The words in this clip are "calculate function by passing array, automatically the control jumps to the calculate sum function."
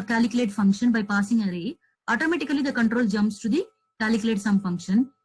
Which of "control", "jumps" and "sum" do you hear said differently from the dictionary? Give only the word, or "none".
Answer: jumps